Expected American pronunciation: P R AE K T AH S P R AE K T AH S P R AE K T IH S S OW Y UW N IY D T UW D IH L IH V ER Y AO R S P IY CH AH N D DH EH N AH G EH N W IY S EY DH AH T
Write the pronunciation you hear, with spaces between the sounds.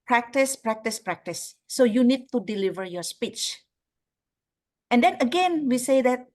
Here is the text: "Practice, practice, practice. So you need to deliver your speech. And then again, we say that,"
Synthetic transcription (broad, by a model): P R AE K T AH S P R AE K T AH S P R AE K T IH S S OW Y UW N IY D T UW D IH L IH V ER Y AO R S P IY CH AH N D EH N AH G EH N W IY S EY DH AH T